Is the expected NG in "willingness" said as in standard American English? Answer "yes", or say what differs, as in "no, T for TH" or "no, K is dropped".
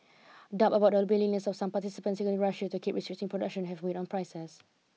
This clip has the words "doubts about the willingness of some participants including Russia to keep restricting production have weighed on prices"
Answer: no, NG is dropped